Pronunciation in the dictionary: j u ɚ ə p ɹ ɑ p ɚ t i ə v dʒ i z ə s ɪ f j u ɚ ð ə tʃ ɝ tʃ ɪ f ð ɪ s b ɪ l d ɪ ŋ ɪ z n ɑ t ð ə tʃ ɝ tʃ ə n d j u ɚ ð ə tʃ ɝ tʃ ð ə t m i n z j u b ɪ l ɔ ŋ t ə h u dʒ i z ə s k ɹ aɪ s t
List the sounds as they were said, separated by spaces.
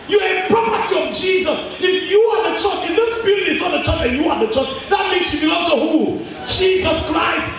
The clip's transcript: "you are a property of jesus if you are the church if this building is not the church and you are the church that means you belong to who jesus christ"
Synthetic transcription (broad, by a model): j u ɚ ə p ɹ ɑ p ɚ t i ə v dʒ i z ə s ɪ f j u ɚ ð ə tʃ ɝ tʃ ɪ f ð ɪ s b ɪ d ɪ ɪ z n ɑ t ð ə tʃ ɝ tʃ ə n j u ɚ ð ə tʃ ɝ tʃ ð ə t m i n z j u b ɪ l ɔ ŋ t ə h u dʒ i z ə s k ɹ aɪ s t